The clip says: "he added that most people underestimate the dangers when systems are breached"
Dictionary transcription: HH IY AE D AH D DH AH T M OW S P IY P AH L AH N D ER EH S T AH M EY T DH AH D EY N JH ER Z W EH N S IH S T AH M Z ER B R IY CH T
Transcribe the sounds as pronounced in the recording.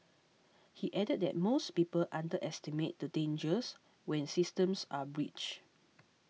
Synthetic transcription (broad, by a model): HH IY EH D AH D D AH T M OW S P IY P AH L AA N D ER EH S T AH M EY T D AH D EY N JH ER S W EH N S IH S T AH M S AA B R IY CH